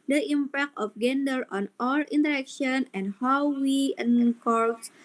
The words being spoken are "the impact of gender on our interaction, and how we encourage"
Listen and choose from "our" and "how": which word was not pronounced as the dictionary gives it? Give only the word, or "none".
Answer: our